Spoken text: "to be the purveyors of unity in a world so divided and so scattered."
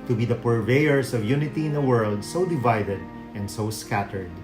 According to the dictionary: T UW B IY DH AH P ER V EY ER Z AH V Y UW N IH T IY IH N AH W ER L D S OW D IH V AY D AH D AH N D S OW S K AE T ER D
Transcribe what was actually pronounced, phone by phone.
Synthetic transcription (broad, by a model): T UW B IY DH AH P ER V EY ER S AH V Y UW N IH T IY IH N AH W ER L D S OW D IH V AY D AH D AH N D S OW S K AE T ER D